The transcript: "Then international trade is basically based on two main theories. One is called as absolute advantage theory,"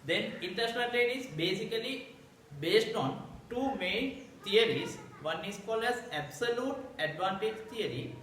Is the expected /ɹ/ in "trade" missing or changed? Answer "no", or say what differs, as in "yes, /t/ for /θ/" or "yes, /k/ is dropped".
yes, /ɹ/ is dropped